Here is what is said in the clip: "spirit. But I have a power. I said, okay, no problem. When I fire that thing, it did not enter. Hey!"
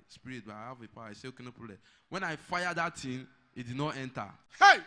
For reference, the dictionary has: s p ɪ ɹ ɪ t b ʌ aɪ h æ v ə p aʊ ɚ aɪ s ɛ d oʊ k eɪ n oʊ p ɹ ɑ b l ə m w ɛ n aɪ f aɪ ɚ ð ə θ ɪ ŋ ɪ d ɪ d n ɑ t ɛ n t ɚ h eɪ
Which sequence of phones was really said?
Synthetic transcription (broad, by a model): s p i ɹ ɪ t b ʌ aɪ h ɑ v ə p aʊ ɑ aɪ s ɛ oʊ k eɪ n oʊ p ɑ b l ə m w ɛ n aɪ f aɪ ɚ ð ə t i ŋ ɪ d ɪ d n ɑ t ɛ n t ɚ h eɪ